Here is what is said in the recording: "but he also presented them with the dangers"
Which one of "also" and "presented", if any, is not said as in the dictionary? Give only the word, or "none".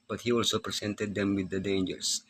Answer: presented